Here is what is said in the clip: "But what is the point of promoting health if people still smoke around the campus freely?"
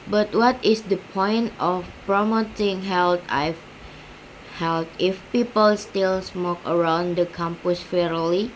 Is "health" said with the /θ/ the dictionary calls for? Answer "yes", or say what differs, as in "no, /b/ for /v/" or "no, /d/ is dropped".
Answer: no, /t/ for /θ/